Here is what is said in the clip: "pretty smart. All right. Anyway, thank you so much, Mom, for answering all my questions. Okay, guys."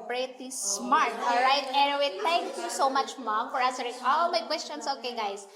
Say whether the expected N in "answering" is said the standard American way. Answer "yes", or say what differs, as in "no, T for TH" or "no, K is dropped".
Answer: no, N is dropped